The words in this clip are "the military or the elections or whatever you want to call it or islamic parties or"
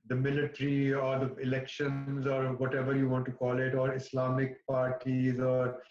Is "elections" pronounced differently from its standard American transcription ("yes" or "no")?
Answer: no